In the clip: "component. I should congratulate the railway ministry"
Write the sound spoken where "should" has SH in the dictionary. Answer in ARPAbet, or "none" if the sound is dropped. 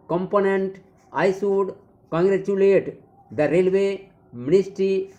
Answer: S